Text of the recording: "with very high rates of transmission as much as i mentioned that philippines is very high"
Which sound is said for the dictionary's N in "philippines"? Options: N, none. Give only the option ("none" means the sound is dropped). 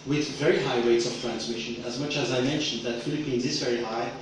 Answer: N